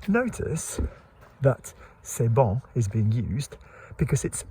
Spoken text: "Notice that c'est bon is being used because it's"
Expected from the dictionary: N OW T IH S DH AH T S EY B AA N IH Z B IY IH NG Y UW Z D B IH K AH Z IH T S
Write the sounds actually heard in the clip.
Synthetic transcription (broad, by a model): N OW T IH S DH AH T S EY B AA IH Z B IY IH NG Y UW Z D B IH K AH Z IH T S